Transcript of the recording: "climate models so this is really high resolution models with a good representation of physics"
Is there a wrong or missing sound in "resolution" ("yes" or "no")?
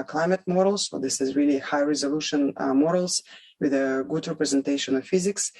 no